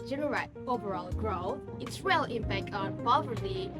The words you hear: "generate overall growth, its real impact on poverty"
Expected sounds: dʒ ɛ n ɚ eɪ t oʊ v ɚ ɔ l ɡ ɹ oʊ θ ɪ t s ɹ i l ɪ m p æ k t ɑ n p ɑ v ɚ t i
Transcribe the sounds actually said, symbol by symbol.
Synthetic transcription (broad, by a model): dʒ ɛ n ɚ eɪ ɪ oʊ v ɚ ɔ l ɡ ɹ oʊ ɪ t s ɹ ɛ l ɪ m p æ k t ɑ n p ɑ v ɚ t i